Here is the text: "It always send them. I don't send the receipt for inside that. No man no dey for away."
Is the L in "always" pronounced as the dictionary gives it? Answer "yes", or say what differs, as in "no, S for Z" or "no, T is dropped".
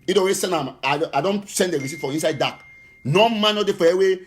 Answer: no, L is dropped